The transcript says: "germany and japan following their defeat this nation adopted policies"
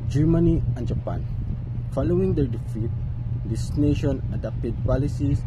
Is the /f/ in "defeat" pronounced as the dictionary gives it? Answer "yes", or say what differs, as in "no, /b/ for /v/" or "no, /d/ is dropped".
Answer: yes